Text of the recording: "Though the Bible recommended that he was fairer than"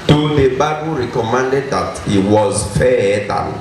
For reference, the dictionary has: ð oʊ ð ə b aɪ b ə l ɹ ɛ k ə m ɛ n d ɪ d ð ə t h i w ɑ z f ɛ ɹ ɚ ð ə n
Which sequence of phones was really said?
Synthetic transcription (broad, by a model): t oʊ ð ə b aɪ b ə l ɹ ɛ k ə m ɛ n d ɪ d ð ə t h i w ɑ z f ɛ ɚ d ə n